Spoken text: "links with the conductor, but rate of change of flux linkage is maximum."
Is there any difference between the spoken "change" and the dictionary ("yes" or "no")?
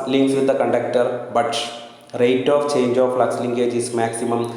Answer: no